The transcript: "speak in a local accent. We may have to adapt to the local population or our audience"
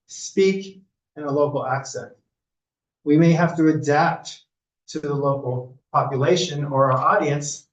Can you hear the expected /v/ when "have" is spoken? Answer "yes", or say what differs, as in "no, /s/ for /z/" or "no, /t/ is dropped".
no, /f/ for /v/